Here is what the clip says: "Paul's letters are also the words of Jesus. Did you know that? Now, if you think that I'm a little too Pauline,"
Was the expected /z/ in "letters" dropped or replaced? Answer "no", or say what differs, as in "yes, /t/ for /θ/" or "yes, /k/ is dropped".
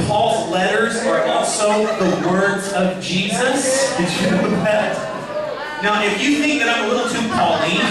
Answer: no